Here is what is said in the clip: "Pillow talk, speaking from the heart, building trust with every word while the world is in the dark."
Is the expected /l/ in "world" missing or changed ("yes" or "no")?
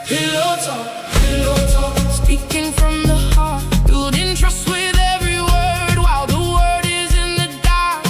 yes